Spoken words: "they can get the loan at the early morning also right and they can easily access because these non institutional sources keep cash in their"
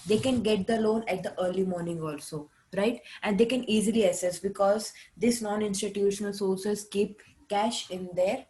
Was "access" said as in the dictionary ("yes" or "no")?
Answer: no